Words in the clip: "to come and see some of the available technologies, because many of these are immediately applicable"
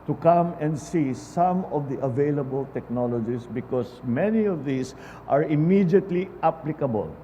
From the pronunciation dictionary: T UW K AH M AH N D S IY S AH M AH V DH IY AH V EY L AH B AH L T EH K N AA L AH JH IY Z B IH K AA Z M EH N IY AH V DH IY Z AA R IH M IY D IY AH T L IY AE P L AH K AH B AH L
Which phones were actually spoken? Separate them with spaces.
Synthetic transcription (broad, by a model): T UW K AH M AH N D S IY S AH M AH V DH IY AH V EY L AH B AH L T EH K N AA L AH JH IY S B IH K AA S M EH N IY AH V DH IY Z AA R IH M IY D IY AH T L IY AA P L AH K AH B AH L